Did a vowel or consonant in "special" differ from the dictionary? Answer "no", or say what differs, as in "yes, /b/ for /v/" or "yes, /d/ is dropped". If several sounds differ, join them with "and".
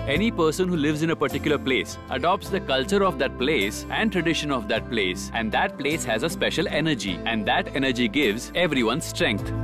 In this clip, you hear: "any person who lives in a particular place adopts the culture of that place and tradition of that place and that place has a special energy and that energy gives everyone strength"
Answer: no